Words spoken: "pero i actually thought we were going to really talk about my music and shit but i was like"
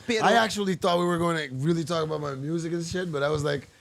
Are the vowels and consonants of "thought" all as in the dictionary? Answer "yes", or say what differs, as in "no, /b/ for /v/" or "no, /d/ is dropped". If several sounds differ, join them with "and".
yes